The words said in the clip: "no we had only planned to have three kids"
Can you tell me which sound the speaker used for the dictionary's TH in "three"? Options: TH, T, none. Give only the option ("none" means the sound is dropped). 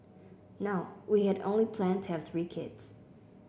TH